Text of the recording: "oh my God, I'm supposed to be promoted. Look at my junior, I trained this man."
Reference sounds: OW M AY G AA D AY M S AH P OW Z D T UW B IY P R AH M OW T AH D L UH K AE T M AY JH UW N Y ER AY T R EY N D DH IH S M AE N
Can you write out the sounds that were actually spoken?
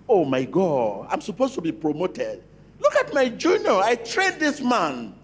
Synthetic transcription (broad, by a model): OW M AY G AA D AY M S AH P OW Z T UW B IY P R AH M OW T AH D L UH K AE T M AY JH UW N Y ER AY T R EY D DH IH S M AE N